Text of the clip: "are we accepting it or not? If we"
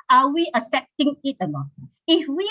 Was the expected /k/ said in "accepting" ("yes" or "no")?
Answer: no